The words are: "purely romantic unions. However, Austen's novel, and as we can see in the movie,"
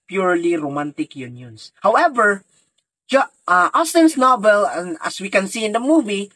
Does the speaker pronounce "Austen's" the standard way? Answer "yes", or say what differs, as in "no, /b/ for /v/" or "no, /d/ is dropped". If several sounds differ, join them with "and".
no, /s/ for /z/